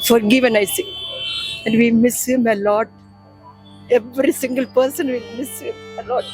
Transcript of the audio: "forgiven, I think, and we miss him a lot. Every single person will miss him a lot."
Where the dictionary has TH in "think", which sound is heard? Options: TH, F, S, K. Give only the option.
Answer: S